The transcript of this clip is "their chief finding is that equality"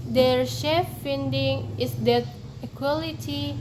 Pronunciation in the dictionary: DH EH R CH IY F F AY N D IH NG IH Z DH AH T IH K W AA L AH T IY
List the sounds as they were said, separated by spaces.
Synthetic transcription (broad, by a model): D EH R SH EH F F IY N D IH NG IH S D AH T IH K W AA L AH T IY